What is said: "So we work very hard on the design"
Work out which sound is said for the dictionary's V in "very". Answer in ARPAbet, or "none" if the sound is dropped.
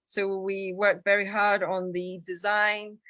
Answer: V